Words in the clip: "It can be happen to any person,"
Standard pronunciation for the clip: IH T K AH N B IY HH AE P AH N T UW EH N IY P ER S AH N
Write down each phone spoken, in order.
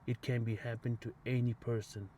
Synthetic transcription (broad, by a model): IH T K AH N B IY HH AE P AH N T UW EH N IY P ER S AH N